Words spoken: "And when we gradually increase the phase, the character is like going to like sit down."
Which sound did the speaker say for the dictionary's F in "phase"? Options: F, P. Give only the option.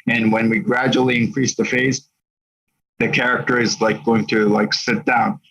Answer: F